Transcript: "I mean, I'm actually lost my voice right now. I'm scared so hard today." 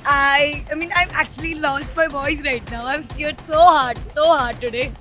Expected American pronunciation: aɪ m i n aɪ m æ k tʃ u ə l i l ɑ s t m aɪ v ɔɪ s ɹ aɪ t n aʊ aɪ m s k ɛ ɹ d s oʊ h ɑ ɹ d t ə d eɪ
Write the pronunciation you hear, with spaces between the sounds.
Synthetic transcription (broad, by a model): aɪ m i n aɪ m æ k tʃ u ə l i l ɑ s t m aɪ b ɔɪ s ɹ aɪ t n aʊ aɪ m s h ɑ ɹ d s oʊ h ɑ ɹ d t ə d eɪ